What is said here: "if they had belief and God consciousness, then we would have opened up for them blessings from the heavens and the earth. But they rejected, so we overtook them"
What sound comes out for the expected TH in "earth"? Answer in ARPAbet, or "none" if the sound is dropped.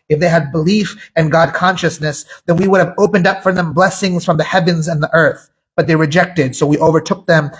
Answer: TH